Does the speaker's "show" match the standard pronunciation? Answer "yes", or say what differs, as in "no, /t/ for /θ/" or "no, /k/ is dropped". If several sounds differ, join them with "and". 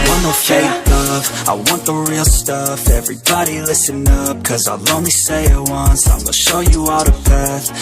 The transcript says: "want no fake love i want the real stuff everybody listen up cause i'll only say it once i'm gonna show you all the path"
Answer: yes